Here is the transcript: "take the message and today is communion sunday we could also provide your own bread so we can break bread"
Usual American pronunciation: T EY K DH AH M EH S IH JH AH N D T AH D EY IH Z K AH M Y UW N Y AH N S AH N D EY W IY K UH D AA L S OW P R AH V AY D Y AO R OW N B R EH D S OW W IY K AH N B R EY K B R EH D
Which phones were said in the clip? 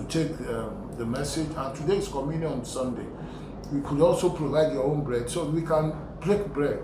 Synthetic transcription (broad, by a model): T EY K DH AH M EH S IH JH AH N T AH D EY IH S K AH M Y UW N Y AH N S AH N D EY W IY K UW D AA L S OW P R AH V AY D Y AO OW N B R EH D S OW W IY K AH N B R EY K B R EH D